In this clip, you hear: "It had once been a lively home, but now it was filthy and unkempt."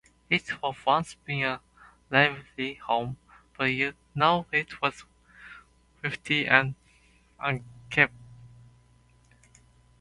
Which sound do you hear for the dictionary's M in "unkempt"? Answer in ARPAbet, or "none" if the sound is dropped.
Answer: none